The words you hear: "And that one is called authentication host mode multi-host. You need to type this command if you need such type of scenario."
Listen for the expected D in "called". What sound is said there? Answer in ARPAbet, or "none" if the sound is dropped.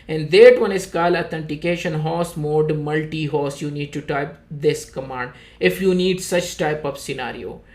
none